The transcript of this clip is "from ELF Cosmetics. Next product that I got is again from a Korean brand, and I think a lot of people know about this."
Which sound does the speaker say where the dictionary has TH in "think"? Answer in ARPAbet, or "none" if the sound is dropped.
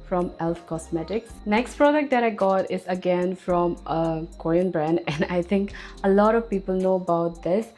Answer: T